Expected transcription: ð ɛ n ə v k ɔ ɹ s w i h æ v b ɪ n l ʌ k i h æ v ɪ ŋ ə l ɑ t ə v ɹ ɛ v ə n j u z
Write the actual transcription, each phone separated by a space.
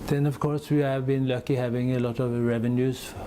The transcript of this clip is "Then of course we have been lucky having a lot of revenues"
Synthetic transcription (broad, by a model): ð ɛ n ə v k ɔ ɹ s w i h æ v b ɪ n l ʌ k i h æ v ɪ ŋ ə l ɑ t ə v ɹ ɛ v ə n j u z